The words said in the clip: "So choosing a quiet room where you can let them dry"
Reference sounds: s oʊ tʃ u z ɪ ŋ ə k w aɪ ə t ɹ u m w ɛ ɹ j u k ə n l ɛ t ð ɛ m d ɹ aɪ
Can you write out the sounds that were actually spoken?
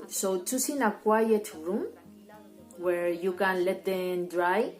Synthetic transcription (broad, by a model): s oʊ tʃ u s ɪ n ə k w aɪ ə t ɹ u m w ɛ ɹ j u k ə n l ɛ t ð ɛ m d ɹ aɪ